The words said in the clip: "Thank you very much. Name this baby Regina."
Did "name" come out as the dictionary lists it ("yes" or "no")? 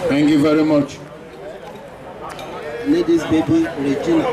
no